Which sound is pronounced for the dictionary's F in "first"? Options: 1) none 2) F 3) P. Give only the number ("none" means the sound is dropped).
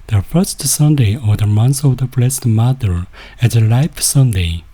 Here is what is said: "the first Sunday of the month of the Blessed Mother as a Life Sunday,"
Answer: 2